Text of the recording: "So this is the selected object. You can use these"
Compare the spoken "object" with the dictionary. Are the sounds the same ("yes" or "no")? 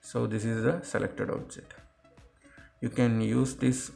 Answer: no